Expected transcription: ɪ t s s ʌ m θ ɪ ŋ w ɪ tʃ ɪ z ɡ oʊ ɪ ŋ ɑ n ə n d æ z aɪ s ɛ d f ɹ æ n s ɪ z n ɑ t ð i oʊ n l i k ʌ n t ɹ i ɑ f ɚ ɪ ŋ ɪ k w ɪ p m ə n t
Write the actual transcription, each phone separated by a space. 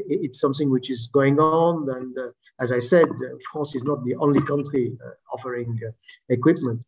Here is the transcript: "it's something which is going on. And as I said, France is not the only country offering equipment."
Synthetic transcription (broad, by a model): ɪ t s s ʌ m θ ɪ ŋ w ɪ tʃ ɪ z ɡ oʊ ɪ ŋ ɑ n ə n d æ z aɪ s ɛ d f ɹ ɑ s ɪ z n ɑ t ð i oʊ n l i k ʌ n t ɹ i ɑ f ɚ ɪ ŋ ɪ k w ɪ p m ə n t